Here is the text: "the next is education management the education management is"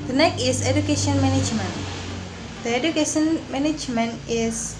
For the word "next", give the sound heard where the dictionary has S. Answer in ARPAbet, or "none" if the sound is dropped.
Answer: none